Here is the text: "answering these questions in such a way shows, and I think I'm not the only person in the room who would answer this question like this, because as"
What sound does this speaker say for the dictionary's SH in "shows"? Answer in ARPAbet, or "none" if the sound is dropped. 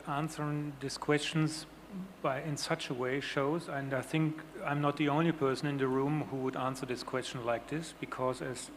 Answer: SH